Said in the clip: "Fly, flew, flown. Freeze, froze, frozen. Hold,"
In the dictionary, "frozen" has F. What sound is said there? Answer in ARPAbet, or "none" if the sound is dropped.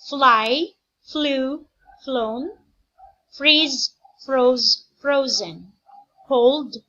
F